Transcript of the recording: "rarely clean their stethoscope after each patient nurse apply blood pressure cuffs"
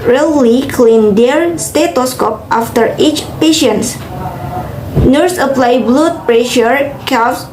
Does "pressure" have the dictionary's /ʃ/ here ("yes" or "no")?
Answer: yes